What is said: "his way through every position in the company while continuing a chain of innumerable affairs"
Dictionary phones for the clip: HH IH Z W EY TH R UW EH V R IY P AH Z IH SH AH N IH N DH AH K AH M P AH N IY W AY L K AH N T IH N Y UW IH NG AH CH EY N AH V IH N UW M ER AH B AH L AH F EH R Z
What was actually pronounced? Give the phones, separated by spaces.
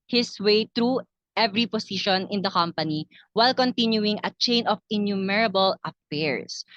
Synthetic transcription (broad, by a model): HH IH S W EY T R UW EH V R IY P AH S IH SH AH N IH N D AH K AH M P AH N IY W AY L K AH N T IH N Y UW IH NG AH CH EY N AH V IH N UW M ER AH B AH L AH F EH R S